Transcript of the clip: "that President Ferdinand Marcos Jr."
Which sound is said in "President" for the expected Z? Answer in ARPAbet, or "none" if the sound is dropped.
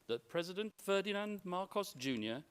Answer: Z